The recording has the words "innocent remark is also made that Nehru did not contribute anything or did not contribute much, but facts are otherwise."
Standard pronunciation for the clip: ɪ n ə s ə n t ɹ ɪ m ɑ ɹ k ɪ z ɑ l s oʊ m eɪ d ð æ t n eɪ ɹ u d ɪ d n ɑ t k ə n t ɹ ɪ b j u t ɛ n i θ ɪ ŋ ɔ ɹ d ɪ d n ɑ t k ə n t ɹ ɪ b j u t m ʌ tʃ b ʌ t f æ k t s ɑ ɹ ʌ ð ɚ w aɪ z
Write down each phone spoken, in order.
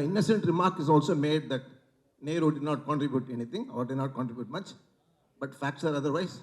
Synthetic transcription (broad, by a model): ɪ n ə s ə n t ɹ ɪ m ɑ ɹ k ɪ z ɑ l s oʊ m eɪ d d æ t n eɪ ɹ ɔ d ɪ d n ɑ t k ə n t ɹ ɪ b j u t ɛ n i t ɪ ŋ ɔ ɹ d ɪ d n ɑ t k ə n t ɹ ɪ b j u t m ʌ tʃ b ʌ t f æ k t s ɑ ɹ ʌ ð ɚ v aɪ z